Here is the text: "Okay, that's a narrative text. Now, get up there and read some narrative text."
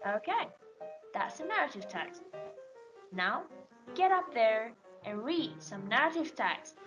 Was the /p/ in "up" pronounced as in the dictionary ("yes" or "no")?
yes